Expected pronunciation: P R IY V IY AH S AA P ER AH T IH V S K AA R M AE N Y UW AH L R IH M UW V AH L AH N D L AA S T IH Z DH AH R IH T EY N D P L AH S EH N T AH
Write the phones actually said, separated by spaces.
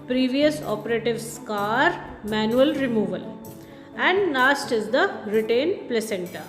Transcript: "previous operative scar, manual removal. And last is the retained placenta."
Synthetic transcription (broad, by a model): P R IY V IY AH S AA P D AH T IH V S K AA R M AE N Y UW AH L R IH M UW V AH L AH N D N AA S T IH Z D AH R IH T EY N P L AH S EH N T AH